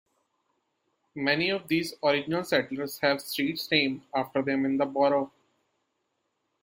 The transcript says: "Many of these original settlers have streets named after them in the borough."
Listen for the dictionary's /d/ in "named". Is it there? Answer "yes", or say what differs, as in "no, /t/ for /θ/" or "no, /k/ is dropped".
no, /d/ is dropped